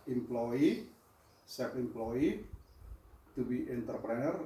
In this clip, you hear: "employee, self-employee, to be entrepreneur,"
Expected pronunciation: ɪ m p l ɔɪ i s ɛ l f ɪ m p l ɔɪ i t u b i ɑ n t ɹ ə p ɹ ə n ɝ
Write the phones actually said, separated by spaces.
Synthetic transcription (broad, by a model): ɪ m p l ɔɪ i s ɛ f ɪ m p l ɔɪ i t u b i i n t ɹ p ɹ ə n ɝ